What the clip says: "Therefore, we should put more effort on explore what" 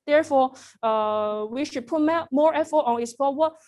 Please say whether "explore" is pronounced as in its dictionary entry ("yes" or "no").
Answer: no